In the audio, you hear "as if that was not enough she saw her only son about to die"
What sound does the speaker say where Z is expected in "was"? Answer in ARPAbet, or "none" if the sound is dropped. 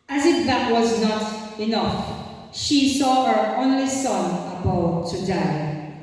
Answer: Z